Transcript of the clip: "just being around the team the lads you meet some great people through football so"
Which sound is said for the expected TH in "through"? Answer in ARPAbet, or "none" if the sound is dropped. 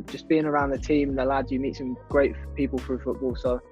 F